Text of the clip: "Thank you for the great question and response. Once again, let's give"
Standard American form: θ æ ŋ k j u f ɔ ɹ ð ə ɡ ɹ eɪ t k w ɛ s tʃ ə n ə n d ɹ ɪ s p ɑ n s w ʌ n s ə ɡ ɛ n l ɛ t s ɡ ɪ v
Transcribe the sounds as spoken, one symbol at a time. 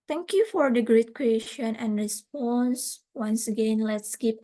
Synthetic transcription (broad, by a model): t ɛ ŋ k j u f ɔ ɹ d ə ɡ ɹ eɪ t k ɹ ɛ ʃ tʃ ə n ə n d ɹ ɪ s p ɑ n s w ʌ n s ə ɡ ɛ n l ɛ t s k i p